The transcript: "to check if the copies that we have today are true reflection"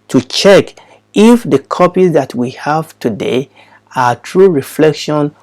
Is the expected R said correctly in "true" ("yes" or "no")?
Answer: yes